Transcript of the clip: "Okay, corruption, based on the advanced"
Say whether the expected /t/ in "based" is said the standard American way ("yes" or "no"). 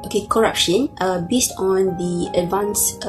yes